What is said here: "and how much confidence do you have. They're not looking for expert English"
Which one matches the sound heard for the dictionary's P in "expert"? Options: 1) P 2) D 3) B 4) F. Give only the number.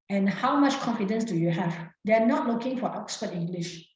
4